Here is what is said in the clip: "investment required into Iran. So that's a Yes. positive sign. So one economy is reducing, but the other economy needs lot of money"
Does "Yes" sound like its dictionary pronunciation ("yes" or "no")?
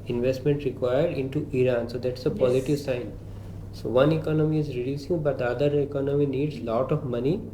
no